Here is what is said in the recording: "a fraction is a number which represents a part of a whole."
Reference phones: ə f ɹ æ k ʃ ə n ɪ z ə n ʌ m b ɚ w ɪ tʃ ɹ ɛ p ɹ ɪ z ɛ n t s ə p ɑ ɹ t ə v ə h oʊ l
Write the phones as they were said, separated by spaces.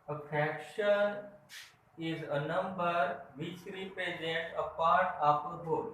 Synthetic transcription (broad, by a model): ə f ɹ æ k ʃ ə n ɪ z ə n ʌ m b ɚ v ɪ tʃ ɹ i p ɹ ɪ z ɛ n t ə p ɑ ɹ t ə p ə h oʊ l